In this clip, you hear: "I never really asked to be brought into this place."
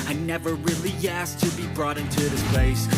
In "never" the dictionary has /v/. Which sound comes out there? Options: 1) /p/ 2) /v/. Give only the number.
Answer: 2